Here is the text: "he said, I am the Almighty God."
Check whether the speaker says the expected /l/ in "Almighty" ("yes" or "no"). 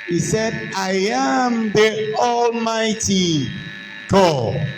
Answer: yes